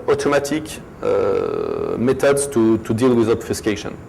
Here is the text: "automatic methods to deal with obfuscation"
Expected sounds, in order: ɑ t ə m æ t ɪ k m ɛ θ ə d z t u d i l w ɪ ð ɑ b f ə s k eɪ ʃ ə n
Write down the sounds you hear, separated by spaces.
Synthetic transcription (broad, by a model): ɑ t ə m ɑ t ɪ k m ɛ t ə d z t u d i l w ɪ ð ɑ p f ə s k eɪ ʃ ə n